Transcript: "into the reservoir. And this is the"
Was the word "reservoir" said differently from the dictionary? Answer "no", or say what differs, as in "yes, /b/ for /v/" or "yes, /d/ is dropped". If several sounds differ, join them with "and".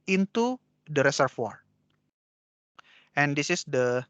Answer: yes, /s/ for /z/ and /f/ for /v/